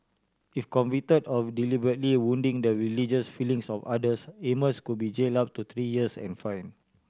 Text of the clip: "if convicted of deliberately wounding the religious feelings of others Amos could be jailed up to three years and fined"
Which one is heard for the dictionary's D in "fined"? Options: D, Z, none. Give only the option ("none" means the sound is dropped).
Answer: none